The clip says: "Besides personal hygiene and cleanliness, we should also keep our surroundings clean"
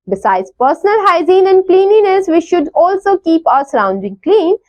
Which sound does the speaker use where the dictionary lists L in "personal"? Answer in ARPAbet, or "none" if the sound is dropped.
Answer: L